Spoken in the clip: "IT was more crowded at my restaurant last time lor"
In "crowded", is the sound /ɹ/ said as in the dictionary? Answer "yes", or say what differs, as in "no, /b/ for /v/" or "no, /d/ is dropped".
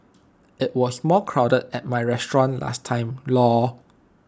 yes